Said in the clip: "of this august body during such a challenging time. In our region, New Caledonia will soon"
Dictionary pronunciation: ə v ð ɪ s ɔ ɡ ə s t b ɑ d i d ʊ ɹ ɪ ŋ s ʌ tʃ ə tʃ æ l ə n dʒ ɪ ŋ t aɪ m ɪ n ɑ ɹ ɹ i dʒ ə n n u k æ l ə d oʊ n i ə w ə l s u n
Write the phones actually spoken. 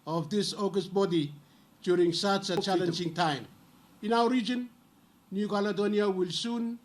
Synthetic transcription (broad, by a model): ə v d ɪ s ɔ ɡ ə s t b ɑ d i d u ɹ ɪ ŋ s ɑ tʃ ə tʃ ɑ l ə n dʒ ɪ ŋ t aɪ m ɪ n ɑ w ɹ i dʒ ə n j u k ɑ l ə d oʊ n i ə w ə l s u n